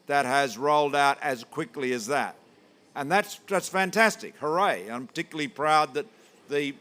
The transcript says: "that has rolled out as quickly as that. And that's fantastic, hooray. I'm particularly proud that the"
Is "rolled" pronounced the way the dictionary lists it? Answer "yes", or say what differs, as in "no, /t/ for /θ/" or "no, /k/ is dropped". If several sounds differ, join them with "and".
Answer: yes